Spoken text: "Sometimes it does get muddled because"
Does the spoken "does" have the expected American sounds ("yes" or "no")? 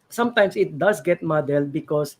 no